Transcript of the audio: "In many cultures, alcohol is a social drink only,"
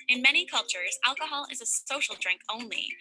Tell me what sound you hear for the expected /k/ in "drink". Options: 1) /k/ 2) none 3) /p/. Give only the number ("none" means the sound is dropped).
1